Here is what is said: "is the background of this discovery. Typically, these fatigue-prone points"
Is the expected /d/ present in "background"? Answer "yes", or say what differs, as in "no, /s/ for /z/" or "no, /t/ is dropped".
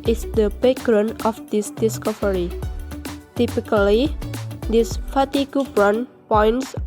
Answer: no, /d/ is dropped